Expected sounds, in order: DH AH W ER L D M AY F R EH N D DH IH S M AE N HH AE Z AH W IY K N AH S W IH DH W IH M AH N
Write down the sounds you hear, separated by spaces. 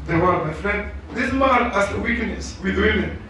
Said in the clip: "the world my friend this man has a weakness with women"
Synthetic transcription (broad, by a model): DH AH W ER D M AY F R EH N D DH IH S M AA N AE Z AH W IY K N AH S W IH DH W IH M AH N